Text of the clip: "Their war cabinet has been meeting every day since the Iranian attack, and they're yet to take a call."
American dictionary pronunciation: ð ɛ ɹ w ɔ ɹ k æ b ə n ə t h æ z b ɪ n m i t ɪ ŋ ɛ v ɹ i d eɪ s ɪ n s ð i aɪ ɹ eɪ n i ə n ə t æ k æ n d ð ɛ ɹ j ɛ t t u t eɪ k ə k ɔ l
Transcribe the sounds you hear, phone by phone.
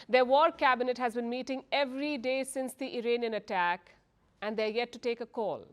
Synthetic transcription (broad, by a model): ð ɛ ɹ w ɔ ɹ k æ b ə n ə t h æ z b ɪ n m i t ɪ ŋ ɛ v ɹ i d eɪ s ɪ n s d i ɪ ɹ eɪ n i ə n ə t æ k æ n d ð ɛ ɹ j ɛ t t u t eɪ k ə k ɔ l